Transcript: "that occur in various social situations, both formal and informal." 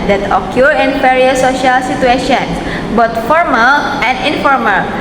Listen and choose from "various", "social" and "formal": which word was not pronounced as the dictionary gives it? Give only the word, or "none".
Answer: various